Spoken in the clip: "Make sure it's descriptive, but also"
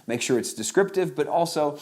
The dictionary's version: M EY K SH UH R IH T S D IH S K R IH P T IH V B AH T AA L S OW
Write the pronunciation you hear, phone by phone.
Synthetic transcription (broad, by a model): M EY K SH UH R IH T S D IH S K R IH P T IH V B AH T AA L S OW